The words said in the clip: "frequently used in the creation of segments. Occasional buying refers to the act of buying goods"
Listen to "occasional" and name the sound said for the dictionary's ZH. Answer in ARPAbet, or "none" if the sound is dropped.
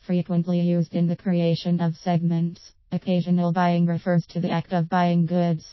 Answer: ZH